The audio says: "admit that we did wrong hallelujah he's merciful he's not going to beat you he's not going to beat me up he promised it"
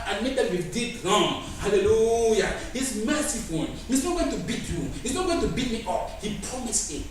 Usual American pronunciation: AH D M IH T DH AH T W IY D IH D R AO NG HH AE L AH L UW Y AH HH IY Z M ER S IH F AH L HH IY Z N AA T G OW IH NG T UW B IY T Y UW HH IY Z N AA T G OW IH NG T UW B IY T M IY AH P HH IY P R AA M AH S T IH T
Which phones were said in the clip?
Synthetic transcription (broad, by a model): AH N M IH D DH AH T W IY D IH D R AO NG HH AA L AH L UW Y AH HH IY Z M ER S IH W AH N HH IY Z N AA T G OW IH NG T UW B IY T Y UW HH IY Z N AA T G OW IH NG T UW B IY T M IY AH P HH IY P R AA M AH S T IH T